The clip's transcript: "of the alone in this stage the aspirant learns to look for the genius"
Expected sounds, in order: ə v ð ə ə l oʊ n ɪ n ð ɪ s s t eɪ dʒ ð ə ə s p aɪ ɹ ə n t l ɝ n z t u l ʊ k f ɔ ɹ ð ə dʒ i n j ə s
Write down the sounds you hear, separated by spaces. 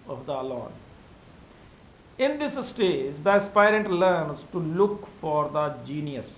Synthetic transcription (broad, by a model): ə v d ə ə l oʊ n ɪ n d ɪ s s t eɪ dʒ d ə ə s p aɪ ɹ ə n t l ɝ n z t u l ʊ k f ɔ ɹ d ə dʒ i n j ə s